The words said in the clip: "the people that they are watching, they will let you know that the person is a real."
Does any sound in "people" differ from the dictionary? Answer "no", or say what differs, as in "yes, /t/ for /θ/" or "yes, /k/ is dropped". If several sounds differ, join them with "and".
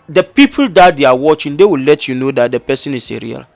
no